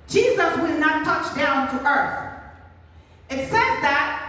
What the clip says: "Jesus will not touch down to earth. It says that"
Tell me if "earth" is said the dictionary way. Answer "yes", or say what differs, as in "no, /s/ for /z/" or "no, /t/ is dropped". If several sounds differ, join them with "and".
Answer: yes